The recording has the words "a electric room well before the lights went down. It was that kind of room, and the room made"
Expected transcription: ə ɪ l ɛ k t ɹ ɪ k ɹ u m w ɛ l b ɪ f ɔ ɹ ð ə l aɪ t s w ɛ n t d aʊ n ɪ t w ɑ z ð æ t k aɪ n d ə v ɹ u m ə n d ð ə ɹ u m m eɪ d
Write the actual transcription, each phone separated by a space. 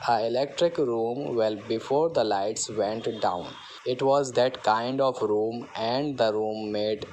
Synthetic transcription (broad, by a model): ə ɪ l ɛ k t ɹ ɪ k ɹ u m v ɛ l b ɪ f ɔ ɹ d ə l aɪ t s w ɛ n t d aʊ n ɪ t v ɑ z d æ t k aɪ n d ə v ɹ u m ə n d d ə ɹ u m m eɪ d